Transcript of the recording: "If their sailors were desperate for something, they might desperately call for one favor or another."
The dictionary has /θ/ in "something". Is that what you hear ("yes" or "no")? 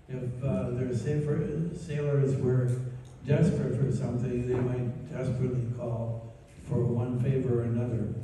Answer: yes